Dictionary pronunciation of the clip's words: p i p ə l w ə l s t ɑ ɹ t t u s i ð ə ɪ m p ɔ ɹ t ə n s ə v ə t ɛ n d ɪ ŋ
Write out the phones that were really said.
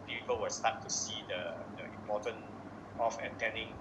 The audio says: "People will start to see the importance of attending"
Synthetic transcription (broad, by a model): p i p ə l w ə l s t ɑ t t u s i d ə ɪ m p ɔ t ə n ə f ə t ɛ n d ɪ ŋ